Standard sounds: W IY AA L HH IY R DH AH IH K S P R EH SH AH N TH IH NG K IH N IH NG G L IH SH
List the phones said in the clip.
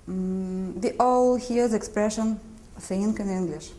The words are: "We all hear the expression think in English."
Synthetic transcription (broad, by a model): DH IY AA L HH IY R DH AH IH K S P R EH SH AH N F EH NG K IH N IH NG G L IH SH